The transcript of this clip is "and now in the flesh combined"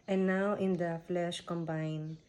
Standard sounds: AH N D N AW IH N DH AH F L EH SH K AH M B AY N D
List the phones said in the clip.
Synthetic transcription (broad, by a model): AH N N AW IH N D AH F L EH SH K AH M B AY N